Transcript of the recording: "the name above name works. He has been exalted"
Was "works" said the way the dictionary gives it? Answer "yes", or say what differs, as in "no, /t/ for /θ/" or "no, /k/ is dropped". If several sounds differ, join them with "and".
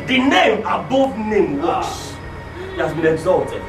no, /k/ is dropped